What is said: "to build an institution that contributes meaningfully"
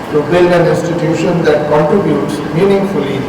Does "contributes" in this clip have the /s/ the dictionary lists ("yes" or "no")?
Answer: yes